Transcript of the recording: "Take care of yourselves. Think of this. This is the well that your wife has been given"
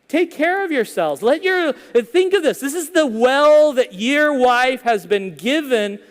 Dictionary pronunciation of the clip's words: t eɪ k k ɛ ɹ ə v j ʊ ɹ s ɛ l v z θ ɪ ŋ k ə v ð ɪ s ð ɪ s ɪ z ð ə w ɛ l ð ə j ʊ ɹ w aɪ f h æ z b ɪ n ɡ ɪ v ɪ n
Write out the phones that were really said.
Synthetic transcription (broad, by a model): t eɪ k k ɛ ɹ ə v j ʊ ɹ s ɛ l v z θ ɪ ŋ k ə v ð ɪ s ð ɪ s ɪ z ð ə w ɛ l ð ə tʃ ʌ ɹ w aɪ f h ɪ z b ɪ n ɡ ɪ v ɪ n